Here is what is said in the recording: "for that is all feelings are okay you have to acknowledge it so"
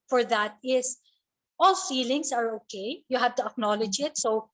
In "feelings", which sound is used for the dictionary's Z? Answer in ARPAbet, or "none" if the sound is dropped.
S